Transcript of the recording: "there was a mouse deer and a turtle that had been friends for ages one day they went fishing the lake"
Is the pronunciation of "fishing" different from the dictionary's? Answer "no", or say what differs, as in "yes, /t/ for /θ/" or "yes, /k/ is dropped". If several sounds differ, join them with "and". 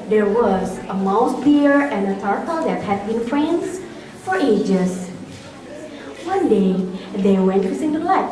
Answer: yes, /s/ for /ʃ/